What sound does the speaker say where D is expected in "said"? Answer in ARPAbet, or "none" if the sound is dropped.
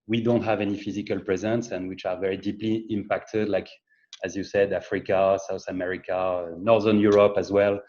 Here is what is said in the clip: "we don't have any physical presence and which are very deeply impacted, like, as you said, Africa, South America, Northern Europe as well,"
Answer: D